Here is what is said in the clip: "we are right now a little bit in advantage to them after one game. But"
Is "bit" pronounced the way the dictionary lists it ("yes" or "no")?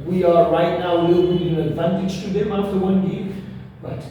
no